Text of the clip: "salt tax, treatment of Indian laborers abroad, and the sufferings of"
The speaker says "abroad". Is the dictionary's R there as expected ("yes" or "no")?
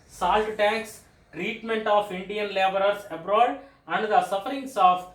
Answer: yes